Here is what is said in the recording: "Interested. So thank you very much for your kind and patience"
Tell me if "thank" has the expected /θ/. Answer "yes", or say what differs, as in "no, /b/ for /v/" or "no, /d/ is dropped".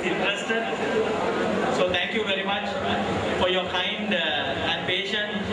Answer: no, /t/ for /θ/